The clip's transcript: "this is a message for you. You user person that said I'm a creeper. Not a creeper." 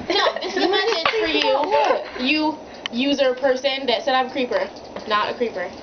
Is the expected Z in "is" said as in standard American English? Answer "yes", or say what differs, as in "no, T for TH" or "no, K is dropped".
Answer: no, S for Z